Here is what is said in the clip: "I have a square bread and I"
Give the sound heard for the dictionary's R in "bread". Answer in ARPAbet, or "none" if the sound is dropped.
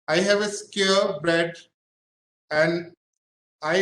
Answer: none